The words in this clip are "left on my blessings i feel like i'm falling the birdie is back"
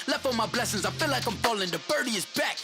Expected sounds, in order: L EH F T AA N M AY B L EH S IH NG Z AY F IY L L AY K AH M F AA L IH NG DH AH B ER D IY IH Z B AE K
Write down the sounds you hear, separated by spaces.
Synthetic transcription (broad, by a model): L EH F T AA M AY B L EH S IH NG Z AY F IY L L AY K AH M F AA L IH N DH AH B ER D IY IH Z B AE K